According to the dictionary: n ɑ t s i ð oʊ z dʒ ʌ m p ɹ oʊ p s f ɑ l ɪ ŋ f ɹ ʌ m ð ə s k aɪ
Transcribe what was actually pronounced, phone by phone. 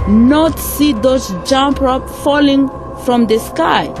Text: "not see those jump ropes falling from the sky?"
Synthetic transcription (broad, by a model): n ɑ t s i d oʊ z dʒ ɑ m p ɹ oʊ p f ɑ l ɪ ŋ f ɹ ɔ m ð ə s k aɪ